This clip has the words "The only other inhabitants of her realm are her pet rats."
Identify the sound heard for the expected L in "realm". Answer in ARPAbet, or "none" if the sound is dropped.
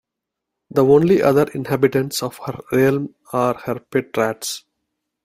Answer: L